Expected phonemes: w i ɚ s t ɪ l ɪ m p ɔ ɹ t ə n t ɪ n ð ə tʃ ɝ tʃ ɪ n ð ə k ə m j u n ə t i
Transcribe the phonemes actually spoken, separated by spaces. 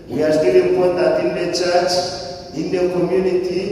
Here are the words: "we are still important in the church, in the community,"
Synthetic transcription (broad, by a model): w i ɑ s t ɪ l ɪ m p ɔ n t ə t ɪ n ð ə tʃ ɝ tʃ ɪ n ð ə k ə m j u n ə t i